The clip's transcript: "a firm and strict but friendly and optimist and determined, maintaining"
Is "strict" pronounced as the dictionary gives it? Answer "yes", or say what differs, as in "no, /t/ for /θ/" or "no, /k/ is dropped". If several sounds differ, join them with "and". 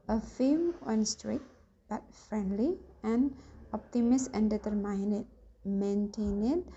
no, /k/ is dropped